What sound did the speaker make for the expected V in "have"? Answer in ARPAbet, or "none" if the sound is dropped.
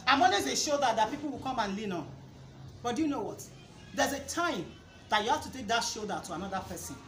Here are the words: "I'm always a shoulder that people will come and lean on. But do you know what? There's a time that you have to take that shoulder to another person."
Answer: F